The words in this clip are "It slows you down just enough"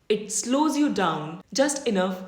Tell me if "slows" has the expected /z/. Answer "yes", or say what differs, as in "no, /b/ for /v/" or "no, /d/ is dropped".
yes